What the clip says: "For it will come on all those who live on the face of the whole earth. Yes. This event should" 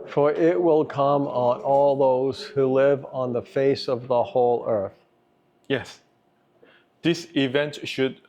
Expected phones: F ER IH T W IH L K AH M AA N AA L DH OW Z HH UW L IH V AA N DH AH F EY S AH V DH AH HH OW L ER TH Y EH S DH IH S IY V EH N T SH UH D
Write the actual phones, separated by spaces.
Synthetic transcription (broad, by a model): F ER IH T W IH L K AH M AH N AA L DH OW Z HH UW L IH V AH N DH AH F EY S AH V DH AH HH OW L ER TH Y EH S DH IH S IY V EH N T SH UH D